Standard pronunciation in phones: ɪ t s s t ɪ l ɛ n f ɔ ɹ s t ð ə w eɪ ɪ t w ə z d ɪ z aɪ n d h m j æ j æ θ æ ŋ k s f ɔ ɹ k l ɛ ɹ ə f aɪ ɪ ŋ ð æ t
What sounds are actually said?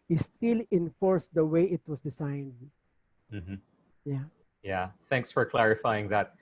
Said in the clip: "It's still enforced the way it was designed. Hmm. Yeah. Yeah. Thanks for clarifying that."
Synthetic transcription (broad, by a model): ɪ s s t ɪ l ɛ n f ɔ ɹ s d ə w eɪ ɪ t w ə s d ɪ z aɪ n d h m j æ j æ θ æ ŋ k s f ɔ ɹ k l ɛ ɹ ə f aɪ ɪ ŋ ð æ t